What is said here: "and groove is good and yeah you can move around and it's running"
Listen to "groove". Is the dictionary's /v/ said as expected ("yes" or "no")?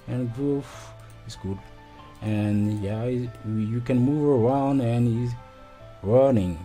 no